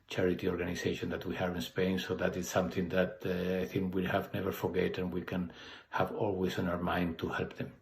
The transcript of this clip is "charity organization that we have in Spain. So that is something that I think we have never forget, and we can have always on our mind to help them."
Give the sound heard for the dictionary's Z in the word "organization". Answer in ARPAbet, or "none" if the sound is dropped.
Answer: S